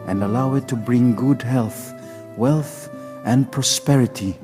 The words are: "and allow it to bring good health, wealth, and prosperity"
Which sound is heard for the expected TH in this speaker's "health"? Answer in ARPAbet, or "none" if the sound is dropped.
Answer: TH